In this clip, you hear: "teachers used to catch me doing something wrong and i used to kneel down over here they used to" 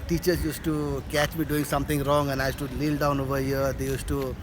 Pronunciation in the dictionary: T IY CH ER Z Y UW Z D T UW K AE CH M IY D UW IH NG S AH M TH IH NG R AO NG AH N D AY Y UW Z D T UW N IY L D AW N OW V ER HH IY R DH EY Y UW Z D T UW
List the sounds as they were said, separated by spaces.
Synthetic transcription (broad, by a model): T IY CH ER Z Y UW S T UW K AE CH M IY D UW IH NG S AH M T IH NG R AO NG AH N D AY Y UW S T UW L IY L D AW N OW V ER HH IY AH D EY Y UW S T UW